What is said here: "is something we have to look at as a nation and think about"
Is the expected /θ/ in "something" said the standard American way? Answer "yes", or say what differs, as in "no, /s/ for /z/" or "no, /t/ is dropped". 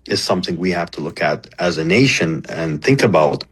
yes